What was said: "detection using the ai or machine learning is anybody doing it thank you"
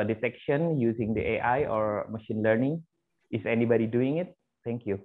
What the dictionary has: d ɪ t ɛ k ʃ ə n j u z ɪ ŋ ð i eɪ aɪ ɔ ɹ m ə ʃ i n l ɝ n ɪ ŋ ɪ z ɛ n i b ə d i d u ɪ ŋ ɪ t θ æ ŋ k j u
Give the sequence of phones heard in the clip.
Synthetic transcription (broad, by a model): d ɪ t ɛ k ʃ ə n j u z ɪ ŋ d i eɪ aɪ ɔ ɹ m ə ʃ i n l ɝ n ɪ ŋ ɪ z ɛ n i b ə d i d u ɪ ŋ ɪ t t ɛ ŋ k j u